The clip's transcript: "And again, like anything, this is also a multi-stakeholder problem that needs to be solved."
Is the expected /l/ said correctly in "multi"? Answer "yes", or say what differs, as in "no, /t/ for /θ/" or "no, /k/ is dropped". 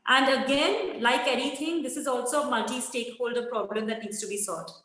no, /l/ is dropped